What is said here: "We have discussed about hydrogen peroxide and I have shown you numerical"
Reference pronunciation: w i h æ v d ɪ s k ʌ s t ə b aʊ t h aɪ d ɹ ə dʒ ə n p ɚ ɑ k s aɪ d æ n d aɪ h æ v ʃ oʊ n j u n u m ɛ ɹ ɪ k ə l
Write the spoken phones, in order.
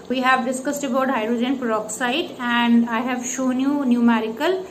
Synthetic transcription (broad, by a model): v i h æ v d ɪ s k ʌ s t ə b aʊ t h aɪ d ɹ ə dʒ ə n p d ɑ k s aɪ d æ n d aɪ h æ v ʃ oʊ n j u n u m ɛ ɹ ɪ k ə l